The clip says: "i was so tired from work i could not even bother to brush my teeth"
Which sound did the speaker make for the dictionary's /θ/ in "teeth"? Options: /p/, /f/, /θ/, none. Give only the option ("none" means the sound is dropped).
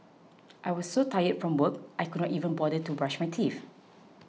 /f/